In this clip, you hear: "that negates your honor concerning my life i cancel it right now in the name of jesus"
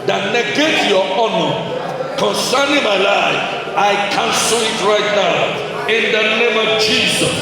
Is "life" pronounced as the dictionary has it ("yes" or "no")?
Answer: no